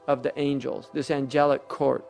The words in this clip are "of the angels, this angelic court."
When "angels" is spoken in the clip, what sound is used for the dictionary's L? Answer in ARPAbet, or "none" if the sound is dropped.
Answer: L